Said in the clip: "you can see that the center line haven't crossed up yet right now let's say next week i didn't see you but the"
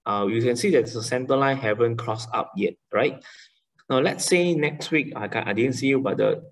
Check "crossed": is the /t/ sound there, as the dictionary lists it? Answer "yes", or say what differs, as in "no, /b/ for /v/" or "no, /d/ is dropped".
no, /t/ is dropped